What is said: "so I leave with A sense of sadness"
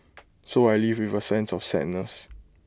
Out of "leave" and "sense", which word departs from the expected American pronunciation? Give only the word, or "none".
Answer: none